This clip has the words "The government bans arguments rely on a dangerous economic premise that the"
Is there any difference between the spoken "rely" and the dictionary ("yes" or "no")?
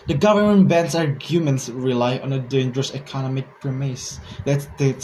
no